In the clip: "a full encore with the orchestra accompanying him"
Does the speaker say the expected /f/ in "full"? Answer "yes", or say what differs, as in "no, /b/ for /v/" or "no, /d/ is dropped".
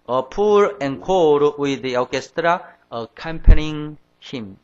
no, /p/ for /f/